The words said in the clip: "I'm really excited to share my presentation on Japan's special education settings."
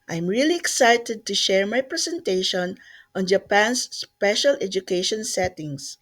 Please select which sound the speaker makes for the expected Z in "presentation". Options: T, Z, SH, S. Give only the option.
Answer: S